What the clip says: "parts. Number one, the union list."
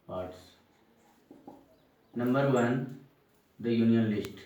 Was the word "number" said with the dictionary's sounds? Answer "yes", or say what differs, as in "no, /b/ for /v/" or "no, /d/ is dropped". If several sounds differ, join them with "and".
yes